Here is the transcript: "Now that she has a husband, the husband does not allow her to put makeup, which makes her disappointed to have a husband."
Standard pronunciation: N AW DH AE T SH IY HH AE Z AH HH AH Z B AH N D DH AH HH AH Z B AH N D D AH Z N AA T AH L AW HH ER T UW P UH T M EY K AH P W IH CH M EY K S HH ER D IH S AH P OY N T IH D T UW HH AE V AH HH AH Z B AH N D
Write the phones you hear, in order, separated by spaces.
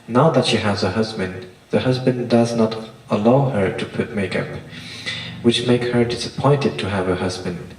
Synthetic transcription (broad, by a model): N AW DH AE T SH IY HH AE Z AH HH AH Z B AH N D DH AH HH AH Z B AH N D D AH Z N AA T AH L AW HH ER T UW P UH T M EY K AH P W IH CH M EY K S HH ER D IH S AH P OY N T IH D T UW HH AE V AH HH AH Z B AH N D